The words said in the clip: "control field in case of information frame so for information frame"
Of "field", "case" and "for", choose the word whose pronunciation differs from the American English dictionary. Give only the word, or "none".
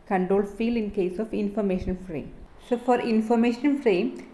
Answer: field